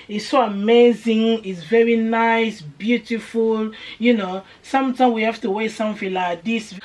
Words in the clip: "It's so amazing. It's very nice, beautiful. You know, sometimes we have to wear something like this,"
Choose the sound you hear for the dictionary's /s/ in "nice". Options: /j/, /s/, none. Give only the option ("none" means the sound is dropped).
/s/